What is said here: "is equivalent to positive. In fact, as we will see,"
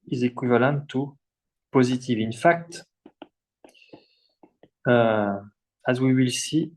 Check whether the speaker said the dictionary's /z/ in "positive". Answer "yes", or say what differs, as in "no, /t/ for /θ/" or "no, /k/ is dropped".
yes